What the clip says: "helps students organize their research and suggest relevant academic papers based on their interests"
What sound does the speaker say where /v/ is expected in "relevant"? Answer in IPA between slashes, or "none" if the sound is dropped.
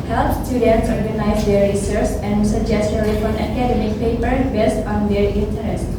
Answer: /f/